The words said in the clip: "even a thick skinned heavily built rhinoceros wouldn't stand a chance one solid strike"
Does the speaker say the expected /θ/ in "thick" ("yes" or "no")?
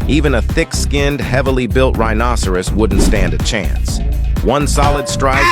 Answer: yes